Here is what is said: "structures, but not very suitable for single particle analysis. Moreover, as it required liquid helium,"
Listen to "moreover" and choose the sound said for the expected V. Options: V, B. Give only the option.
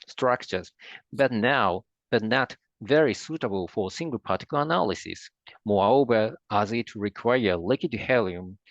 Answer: B